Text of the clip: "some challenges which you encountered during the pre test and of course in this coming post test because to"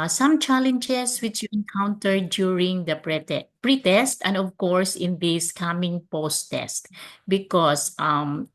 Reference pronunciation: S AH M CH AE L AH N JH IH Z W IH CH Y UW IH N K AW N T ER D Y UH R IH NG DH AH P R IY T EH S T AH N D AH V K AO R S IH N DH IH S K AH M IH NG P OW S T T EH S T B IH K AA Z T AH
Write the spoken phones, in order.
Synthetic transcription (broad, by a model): S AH M CH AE L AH N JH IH S W IH CH Y UW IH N K AW N T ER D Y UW R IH NG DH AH P R IY T EH S T AH N D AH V K AO R S IH N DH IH S K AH M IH NG P OW S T T EH S T B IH K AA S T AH